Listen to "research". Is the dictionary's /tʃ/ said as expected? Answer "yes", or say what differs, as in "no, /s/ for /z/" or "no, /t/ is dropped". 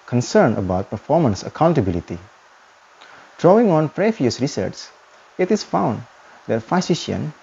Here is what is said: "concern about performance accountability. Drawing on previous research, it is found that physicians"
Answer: no, /s/ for /tʃ/